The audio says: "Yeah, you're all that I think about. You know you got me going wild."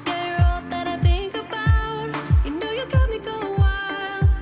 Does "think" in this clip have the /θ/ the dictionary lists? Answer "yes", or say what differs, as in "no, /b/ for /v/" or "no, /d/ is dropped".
yes